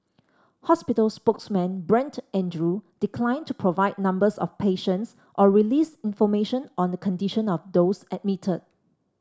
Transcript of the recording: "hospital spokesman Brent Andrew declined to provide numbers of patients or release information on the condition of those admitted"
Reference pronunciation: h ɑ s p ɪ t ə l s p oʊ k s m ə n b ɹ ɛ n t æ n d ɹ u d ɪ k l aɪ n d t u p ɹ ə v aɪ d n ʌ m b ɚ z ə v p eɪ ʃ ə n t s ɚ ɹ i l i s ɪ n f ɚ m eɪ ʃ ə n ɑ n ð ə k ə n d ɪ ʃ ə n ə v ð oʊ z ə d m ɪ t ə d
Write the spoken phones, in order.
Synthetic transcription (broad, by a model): h ɑ s p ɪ t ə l s p oʊ k s m ə n b ɹ ɛ n t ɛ n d ɹ u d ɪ k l aɪ n t u p ɹ ə v aɪ d n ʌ m b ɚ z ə f p eɪ ʃ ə n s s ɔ ɹ i l i s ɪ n f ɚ m eɪ ʃ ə n ɑ n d ə k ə n d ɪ ʃ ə n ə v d oʊ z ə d m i t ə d